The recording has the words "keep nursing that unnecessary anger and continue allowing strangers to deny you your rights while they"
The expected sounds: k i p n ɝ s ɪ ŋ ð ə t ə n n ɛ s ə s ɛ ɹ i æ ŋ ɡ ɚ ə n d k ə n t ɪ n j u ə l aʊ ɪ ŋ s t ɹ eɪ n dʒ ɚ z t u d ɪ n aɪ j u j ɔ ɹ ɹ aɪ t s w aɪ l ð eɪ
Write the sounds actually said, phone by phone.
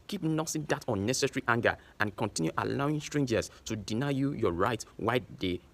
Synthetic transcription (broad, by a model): k i p n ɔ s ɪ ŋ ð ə t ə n n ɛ s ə s ɹ i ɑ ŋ ɡ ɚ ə n k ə n t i n j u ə l aʊ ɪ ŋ s t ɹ eɪ n dʒ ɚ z t u d ɪ n aɪ j u j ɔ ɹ ɹ aɪ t w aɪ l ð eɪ